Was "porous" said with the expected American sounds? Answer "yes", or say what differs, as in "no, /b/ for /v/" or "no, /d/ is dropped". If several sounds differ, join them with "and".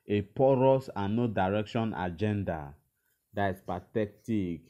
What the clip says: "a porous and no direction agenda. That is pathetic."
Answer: yes